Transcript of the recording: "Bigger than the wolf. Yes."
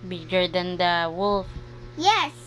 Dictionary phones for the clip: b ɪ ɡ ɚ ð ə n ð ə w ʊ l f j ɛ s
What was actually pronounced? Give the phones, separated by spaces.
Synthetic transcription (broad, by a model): b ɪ ɡ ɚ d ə n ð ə w ʊ l f j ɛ s